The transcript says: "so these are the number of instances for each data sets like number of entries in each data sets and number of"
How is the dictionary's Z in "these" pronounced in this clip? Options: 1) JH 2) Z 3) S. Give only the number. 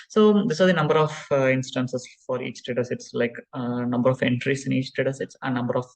3